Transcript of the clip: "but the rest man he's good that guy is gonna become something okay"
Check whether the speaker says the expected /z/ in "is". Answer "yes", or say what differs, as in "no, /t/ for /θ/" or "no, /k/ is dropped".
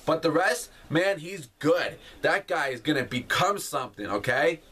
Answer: yes